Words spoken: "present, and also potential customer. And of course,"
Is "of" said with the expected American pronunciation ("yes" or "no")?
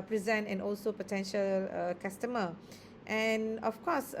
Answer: no